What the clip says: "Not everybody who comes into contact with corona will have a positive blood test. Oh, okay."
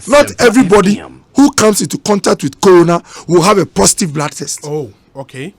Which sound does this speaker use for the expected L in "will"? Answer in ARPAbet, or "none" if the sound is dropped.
L